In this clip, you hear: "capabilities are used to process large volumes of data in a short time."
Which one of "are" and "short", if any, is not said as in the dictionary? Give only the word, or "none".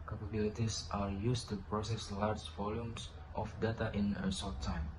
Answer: short